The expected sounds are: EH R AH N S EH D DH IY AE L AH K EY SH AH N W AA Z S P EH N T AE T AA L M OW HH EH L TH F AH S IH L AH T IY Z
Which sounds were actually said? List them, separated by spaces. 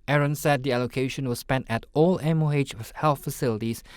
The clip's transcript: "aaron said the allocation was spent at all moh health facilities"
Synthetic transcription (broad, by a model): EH R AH N S EH D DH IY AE L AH K EY SH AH N W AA S P EH N T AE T AA L M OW HH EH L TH F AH S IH L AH T IY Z